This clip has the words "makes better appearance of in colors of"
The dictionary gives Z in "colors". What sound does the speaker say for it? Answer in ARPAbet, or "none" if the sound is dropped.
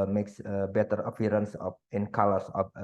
S